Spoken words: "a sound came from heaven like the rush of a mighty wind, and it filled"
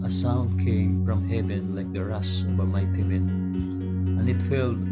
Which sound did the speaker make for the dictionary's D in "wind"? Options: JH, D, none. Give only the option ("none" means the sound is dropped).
none